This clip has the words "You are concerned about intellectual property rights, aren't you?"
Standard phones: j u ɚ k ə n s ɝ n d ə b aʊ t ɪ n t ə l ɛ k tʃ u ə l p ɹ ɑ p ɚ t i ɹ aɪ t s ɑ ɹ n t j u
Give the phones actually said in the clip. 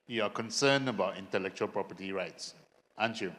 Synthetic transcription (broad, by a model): j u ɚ k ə n s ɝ n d ə b aʊ t ɪ n t ə l ɛ k tʃ u ə l p ɹ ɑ p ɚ t i ɹ aɪ t s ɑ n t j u